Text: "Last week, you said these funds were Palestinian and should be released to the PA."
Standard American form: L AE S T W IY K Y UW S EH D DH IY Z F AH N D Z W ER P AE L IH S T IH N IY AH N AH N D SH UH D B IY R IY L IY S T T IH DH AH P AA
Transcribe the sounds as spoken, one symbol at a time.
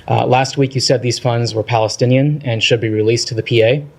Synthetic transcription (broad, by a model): L AE S T W IY K Y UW S EH D DH IY Z F AH N D Z W ER P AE L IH S T IH N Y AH N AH N SH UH D B IY R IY L IY S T T IH DH AH P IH